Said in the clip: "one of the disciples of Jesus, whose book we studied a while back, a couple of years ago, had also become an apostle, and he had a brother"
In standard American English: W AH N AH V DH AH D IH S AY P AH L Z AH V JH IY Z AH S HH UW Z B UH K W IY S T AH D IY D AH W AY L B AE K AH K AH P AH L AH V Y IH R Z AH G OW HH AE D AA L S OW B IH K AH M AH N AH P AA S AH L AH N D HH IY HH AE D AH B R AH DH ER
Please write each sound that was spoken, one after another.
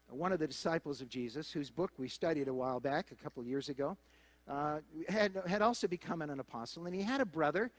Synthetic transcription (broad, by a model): W AH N AH V DH AH D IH S AY P L Z AH V JH IY Z AH S HH UW Z B UH K W IY S T AH D IY D AH W AY L B AE K AH K AH P L AH V Y IH R Z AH G OW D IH D AA L S OW B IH K AH M AH N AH P AA S L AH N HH IY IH D AH B R AH DH ER